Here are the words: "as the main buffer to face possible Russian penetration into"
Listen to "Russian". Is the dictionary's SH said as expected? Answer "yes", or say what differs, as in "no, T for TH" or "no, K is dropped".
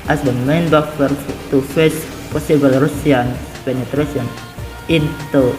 no, S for SH